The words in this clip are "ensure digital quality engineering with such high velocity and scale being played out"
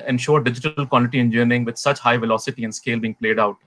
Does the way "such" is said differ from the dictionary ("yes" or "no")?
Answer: no